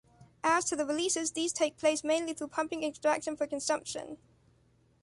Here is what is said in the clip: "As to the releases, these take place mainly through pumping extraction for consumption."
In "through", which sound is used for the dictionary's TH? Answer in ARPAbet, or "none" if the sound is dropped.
TH